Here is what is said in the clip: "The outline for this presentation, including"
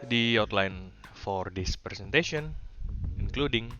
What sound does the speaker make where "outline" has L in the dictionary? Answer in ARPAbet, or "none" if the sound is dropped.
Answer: L